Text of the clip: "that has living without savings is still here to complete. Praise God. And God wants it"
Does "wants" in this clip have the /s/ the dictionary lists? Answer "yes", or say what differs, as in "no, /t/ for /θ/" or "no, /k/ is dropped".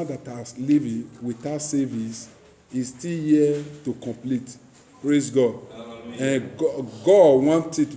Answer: no, /s/ is dropped